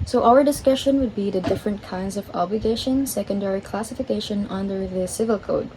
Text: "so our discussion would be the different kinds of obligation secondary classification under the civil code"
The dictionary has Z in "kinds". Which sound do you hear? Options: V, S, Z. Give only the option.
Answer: Z